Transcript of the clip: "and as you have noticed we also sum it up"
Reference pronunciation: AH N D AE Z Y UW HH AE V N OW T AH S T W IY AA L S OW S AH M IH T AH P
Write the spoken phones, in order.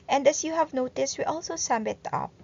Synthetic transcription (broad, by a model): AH N D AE S Y UW HH AE V N OW T AH S T W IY AA L S OW S AH M IH T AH P